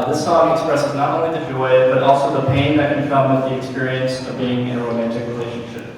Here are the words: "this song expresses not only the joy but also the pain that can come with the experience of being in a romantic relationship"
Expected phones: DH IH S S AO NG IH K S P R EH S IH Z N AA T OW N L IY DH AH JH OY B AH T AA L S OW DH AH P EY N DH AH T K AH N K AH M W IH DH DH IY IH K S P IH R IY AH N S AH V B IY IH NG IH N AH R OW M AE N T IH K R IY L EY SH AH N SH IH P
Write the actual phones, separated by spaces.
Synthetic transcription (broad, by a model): DH IH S S AO NG IH K S P R EH S IH Z N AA T OW N L IY DH AH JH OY B AH T AA L S OW DH AH P EY N DH AH T K AH N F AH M W IH DH DH IY IH K S P IH R IY AH N S AH V B IY IH NG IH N AH R OW M AE N T IH K R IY L EY SH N N SH IH P